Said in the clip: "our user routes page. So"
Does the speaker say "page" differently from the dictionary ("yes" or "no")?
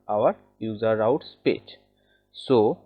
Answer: yes